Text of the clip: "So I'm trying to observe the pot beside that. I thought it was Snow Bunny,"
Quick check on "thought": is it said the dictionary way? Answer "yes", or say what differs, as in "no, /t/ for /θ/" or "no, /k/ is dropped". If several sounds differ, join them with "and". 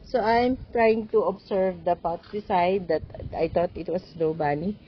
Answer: no, /t/ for /θ/